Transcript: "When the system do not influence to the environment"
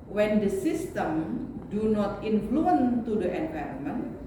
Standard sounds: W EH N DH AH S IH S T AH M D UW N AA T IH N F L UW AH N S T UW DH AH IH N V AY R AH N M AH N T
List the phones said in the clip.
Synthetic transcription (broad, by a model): W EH N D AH S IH S T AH M D UW N AA T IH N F L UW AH N T UW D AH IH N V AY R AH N M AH N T